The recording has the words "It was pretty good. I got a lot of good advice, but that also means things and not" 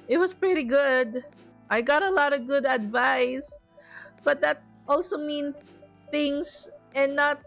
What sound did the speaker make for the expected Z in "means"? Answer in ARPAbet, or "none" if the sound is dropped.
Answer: none